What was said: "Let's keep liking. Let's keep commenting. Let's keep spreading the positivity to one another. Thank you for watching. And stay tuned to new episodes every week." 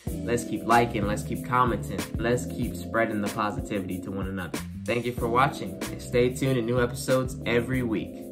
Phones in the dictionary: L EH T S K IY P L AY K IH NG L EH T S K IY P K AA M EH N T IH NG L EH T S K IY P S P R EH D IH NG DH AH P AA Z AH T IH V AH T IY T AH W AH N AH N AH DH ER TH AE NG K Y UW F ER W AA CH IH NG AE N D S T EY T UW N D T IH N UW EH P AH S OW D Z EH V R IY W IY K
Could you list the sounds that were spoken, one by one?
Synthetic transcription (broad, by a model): L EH T S K IY P L AY K IH NG L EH T S K IY P K AA M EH N T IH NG L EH T S K IY P S P R EH D IH NG DH AH P AA Z AH T IH V AH T IY T AH W AH N AH N AH DH ER TH AE NG K Y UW F ER W AA CH IH NG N S T EY T UW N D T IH N UW EH P AH S OW D Z EH V R IY W IY K